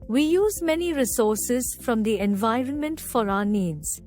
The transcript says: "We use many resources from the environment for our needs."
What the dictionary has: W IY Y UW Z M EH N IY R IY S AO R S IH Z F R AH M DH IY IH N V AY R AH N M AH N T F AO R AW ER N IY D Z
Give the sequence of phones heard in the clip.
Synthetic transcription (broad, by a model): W IY Y UW Z M EH N IY R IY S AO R S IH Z F R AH M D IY IH N V AY R AH N M AH N T F AO R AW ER N IY D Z